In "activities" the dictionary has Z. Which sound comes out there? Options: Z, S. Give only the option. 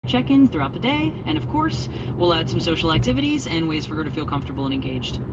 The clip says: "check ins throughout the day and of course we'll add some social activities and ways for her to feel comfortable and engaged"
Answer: Z